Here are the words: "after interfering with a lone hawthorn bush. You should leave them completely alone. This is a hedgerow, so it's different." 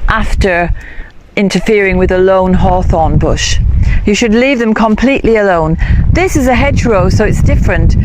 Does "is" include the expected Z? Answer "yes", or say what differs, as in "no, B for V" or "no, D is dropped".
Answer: yes